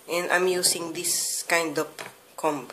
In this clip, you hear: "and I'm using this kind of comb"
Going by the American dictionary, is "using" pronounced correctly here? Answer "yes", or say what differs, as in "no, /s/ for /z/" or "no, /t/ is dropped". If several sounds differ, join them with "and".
no, /s/ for /z/